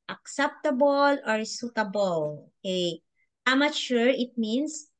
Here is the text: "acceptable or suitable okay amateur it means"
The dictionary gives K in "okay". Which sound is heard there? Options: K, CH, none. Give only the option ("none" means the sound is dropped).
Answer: none